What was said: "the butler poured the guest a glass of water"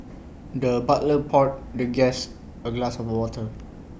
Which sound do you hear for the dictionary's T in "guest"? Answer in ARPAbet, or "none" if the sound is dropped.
none